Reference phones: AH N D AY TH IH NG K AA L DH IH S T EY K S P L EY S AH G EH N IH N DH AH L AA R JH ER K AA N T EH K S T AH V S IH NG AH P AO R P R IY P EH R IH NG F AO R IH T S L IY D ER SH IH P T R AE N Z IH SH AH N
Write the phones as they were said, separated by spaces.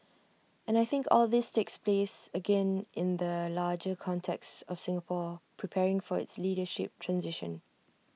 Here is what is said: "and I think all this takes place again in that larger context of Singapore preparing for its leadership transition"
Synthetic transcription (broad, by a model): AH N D AY TH IH NG K AA L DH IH S T EY K S P L EY S AH G EH N IH N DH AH L AA JH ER K AA N T EH K S T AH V S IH NG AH P AO P R IY P EH R IH NG F AO R IH T S L IY D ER SH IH P T R AE N Z IH SH AH N